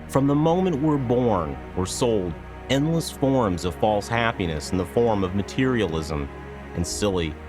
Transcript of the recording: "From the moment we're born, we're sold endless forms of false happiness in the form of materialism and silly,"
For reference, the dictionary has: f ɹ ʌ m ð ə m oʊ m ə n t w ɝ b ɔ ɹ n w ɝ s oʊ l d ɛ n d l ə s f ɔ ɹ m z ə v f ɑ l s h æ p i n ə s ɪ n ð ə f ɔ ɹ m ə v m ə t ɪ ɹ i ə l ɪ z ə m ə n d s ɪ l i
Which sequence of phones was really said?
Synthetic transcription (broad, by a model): f ɹ ʌ m ð ə m oʊ m ə n t w ɝ b ɔ ɹ n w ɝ s oʊ l d ɛ n d l ə s f ɔ ɹ m z ə v f ɑ l s h æ p i n ə s n ð ə f ɔ ɹ m ə v m ə t ɪ ɹ i ə l ɪ z ə m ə n s ɪ l i